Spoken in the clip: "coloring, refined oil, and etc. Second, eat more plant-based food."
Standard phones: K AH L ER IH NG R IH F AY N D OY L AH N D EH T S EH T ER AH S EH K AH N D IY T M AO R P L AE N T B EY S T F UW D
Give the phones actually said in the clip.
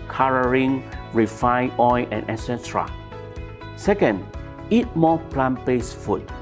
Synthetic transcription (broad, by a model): K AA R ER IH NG R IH F AY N OY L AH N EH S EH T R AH S EH K AH N D IY T M AO P L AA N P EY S F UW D